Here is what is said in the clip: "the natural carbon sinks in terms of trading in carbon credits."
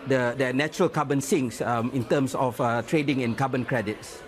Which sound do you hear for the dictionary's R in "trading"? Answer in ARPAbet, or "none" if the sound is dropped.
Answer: R